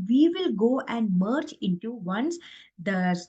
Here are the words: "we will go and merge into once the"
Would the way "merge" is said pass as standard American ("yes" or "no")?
no